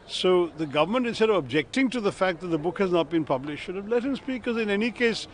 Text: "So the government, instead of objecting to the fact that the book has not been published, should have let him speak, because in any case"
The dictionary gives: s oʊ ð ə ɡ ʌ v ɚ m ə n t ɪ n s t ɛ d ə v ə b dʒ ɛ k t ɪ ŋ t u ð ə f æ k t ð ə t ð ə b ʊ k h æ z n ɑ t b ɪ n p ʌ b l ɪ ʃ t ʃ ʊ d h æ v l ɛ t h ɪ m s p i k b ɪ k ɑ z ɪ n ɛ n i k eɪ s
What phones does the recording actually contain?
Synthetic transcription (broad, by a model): s oʊ ð ə ɡ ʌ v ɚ m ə n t ɪ n s t ɛ d ə v ə b dʒ ɛ k t ɪ ŋ t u ð ə f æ k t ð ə t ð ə b ʊ k h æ z n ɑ t b ɪ n p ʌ b l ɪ ʃ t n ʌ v l ɛ t h ɪ m s p i k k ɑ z ɪ n ɛ n i k eɪ s